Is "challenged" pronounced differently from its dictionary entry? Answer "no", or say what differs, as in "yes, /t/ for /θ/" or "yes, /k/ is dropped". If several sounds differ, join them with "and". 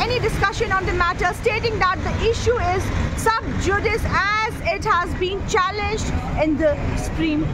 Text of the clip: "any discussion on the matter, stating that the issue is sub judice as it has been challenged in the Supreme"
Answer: no